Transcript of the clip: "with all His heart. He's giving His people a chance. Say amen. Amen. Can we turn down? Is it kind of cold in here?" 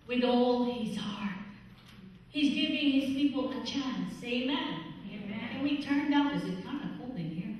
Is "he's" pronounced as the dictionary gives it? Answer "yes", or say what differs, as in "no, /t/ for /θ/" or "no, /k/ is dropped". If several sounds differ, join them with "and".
yes